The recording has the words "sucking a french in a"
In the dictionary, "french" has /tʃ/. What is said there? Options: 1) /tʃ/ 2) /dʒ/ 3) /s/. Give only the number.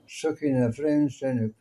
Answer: 3